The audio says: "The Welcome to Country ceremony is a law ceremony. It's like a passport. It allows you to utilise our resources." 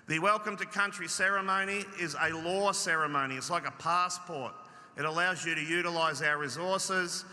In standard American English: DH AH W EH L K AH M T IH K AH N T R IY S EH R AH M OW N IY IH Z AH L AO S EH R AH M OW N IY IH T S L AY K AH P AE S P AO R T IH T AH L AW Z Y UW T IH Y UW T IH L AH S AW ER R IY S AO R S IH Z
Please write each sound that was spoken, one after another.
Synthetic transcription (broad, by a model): DH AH W EH L K AH M T IH K AH N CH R IY S EH R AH M OW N IY IH Z AH L AO S EH R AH M OW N IY IH T S L AY K AH P AE S P AO R T IH T AH L AW Z Y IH T IH Y UW T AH L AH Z AW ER R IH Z AO R S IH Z